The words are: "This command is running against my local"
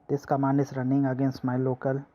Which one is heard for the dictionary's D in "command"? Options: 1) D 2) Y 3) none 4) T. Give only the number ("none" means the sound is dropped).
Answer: 3